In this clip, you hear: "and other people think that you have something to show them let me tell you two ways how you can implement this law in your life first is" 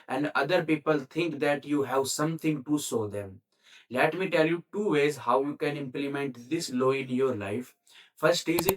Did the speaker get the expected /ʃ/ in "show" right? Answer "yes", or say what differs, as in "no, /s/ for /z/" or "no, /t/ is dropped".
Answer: no, /s/ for /ʃ/